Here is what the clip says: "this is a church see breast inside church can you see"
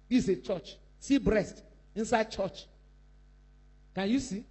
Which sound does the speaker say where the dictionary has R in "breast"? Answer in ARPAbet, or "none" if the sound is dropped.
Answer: R